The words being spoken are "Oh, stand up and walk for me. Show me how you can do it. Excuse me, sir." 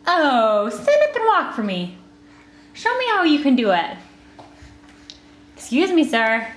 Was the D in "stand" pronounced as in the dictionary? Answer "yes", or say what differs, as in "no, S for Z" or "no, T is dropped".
no, D is dropped